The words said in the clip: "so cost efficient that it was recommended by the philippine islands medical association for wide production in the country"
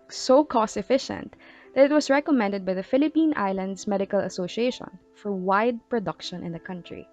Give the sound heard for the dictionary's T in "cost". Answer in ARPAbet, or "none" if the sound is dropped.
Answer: none